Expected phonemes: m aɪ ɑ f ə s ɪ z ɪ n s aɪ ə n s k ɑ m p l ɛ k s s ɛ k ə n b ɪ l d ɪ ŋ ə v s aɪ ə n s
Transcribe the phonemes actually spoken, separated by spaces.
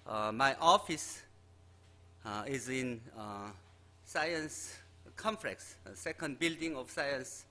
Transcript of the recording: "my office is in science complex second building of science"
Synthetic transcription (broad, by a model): m aɪ ɑ f ə s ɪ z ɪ n s aɪ ə n s k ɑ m f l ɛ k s s ɛ k ə n b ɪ l d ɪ ŋ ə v s aɪ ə n s